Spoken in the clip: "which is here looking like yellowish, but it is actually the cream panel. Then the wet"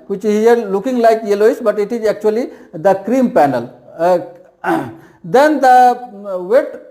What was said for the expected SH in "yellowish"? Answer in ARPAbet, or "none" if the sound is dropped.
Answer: S